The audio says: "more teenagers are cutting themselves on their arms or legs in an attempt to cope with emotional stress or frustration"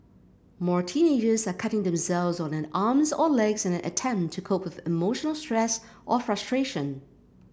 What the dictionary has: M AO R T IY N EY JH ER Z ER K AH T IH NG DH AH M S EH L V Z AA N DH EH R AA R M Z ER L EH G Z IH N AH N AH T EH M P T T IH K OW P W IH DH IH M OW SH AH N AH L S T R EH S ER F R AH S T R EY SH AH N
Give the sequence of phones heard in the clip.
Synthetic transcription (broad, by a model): M AO R T IY N EY JH ER Z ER K AH T IH NG DH AH M S EH L V Z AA N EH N AA R M Z ER L EH G Z IH N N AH T EH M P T T IH K OW P W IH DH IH M OW SH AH N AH L S T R EH S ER F R AH S T R EY SH AH N